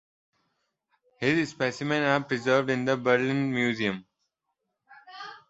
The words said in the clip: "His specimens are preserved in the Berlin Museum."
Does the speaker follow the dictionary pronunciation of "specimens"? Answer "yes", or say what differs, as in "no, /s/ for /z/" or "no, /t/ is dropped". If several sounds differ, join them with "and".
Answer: no, /z/ is dropped